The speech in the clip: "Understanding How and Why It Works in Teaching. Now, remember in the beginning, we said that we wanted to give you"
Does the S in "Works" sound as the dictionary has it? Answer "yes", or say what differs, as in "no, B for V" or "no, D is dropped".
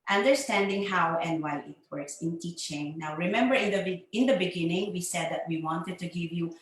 yes